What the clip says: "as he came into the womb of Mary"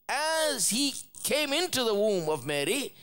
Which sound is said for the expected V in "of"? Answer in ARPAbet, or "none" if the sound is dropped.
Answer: V